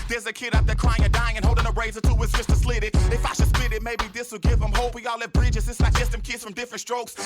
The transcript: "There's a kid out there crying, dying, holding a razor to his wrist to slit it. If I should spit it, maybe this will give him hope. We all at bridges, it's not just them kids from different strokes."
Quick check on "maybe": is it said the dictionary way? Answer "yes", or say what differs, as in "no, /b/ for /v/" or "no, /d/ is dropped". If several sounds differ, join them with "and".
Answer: yes